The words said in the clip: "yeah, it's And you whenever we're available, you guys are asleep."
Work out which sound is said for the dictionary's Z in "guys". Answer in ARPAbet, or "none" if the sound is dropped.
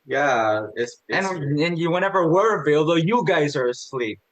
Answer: Z